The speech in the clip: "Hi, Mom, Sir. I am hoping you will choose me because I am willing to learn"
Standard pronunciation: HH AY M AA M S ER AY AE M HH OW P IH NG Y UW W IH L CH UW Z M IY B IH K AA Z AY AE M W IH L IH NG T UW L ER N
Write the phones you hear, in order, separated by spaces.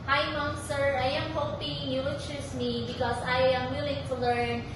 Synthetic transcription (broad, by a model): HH AY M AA S ER AY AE M HH OW P IH NG Y UW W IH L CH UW S M IY B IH K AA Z AY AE M W IH L IH NG T UW L ER N